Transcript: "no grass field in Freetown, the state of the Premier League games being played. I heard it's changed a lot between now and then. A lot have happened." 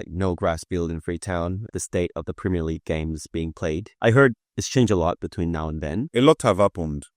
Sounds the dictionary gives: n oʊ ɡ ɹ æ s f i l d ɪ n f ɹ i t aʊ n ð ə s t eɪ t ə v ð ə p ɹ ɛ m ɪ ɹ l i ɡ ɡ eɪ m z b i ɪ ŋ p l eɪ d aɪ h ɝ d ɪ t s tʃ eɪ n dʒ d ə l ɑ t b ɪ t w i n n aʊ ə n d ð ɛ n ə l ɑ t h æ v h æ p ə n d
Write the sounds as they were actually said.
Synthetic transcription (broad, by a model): n oʊ ɡ ɹ æ s f i l d ɪ n f ɹ i t aʊ n ð ə s t eɪ t ə v ð ə p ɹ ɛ m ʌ ɹ l i ɡ ɡ eɪ m z b i ɪ ŋ p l eɪ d aɪ h ɝ d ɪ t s tʃ eɪ n dʒ ə l ɑ t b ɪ t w i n n aʊ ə n ð ɛ n ə l ɑ t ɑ v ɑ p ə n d